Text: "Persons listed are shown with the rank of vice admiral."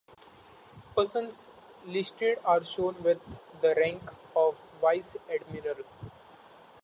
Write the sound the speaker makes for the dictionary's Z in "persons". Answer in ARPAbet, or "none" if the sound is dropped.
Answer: S